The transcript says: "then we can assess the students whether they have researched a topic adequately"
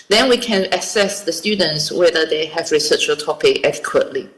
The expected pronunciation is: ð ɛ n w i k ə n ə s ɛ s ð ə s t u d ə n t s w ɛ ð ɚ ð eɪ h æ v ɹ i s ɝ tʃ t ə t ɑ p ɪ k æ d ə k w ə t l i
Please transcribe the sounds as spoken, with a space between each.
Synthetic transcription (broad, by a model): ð ɛ n w i k ə n ə s ɛ s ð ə s t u d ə n t s w ɛ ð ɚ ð eɪ h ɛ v ɹ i s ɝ tʃ ə t ɑ p ɪ k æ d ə k w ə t l i